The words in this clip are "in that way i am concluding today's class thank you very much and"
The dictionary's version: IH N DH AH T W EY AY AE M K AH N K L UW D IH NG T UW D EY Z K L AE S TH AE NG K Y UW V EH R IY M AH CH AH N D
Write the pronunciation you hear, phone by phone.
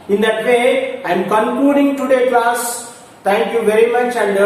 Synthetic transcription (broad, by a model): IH N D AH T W EY AY M K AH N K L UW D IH NG T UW D EY K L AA S T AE NG K Y UW V EH R IY M AH CH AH N D